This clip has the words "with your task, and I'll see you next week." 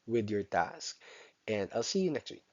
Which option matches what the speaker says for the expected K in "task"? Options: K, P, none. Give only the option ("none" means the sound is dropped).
K